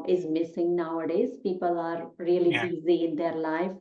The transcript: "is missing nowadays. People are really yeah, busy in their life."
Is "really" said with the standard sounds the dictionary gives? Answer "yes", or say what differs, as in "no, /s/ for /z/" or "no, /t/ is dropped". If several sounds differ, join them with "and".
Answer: no, /l/ is dropped